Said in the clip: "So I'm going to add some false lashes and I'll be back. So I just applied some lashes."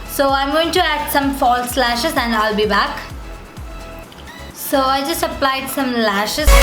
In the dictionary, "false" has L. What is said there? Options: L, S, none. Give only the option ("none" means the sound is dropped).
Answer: L